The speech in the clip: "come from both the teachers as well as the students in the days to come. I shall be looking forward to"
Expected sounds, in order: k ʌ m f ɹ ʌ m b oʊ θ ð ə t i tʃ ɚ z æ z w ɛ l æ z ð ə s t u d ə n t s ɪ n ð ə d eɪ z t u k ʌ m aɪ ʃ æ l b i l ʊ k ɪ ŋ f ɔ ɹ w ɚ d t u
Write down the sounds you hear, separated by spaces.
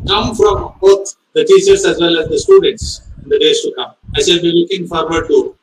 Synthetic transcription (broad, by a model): k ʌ m f ɹ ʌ m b oʊ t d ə t i tʃ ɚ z æ z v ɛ l æ z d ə s t u d ə n t s ɪ n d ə d eɪ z t u k ʌ m aɪ s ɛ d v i l ʊ k ɪ ŋ f ɔ ɹ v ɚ d t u